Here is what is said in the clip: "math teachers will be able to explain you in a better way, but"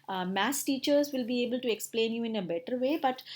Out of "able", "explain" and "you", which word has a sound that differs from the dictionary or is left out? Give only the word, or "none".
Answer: none